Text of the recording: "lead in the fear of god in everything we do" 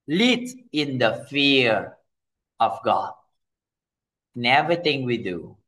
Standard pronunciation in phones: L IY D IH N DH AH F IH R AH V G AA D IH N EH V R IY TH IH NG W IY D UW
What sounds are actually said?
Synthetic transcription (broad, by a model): L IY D IH N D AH F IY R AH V G AA D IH N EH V R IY T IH NG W IY D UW